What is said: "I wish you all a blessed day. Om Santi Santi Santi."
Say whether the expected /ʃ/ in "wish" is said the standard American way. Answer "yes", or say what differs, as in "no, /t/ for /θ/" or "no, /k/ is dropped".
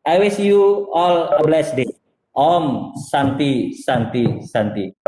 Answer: no, /s/ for /ʃ/